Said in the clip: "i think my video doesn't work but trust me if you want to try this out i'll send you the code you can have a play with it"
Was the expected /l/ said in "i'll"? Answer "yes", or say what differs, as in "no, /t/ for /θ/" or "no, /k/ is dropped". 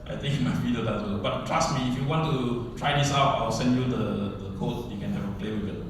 no, /w/ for /l/